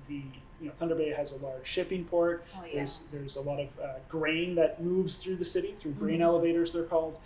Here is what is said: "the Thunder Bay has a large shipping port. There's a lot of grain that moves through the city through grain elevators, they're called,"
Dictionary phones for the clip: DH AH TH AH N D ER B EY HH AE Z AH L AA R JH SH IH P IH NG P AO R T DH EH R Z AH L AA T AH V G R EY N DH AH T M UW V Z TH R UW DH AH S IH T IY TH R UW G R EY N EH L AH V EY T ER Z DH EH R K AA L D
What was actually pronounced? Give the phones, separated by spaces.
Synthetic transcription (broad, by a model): DH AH TH AH N D ER B EY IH Z AH L AA R JH SH IH P IH NG P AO R T DH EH R Z AH L AA T AH V G R EY N DH AH T M UW V Z TH R UW DH AH S IH T IY TH R UW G R EY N EH L AH V EY T ER Z DH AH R K AA L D